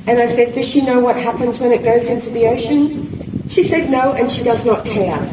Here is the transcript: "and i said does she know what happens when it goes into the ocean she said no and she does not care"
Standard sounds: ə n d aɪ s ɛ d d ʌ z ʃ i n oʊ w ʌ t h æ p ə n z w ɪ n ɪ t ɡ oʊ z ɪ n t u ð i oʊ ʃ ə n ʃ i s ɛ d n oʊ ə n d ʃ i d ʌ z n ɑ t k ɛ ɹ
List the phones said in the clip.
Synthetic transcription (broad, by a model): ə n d aɪ s ɛ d d ʌ z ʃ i n oʊ w ʌ t h æ p ə n z w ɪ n ɪ t ɡ oʊ z ɪ n t u ð i oʊ ʃ ə n ʃ i s ɛ d n oʊ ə n ʃ i d ʌ z n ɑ t k ɛ ɹ